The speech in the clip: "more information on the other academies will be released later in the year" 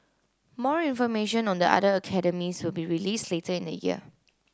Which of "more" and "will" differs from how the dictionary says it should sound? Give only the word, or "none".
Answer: none